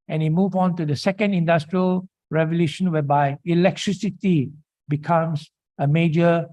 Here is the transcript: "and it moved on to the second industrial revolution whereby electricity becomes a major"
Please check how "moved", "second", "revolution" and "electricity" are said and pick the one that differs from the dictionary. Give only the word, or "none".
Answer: moved